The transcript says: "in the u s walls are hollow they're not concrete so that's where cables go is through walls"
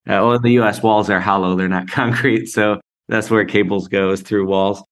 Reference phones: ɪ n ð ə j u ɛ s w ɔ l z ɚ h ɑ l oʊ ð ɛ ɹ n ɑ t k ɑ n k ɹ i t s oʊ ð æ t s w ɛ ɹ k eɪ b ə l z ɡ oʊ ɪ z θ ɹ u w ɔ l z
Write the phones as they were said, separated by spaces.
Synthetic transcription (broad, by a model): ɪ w ð ə j u ɛ s w ɔ l z ɚ h ɑ l oʊ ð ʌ ɹ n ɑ t k ɑ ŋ k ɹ i t s oʊ ð æ t s w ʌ ɹ k eɪ b l z ɡ oʊ ɪ z θ ɹ u w ɔ l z